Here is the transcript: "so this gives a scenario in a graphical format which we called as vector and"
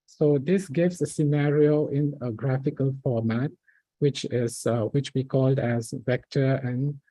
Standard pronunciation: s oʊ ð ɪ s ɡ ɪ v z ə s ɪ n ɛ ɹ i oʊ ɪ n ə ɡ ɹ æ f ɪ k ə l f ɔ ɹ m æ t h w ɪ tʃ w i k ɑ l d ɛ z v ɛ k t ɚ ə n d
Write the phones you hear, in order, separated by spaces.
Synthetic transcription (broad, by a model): s oʊ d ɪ s ɡ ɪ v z ə s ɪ n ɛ ɹ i oʊ ɪ n ə ɡ ɹ æ f ɪ k ə l f ɔ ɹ m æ t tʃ w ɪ tʃ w i k ɑ l d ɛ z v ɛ k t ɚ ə n